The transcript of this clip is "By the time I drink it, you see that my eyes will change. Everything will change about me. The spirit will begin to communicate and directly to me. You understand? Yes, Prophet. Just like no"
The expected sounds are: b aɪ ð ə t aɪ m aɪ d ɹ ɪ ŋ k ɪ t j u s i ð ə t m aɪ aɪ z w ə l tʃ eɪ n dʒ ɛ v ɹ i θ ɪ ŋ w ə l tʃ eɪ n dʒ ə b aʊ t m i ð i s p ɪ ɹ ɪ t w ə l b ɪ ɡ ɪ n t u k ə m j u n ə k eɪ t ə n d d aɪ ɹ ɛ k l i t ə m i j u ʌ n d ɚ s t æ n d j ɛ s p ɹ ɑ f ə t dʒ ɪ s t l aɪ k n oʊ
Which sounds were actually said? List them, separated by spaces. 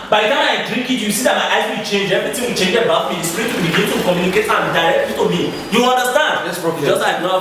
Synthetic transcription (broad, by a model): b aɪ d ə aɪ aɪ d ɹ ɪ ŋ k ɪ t j u s i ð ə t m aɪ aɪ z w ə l tʃ eɪ n dʒ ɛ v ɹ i t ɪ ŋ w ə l tʃ eɪ n dʒ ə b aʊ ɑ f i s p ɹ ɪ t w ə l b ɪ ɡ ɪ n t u k ə m j u n ə k eɪ t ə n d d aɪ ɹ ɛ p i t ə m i j u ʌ n d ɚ s t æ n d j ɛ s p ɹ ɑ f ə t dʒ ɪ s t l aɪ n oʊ